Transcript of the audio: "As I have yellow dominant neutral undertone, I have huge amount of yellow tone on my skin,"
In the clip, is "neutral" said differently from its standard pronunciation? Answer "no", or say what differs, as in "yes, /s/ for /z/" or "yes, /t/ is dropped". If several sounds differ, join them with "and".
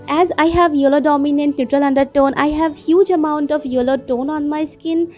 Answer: no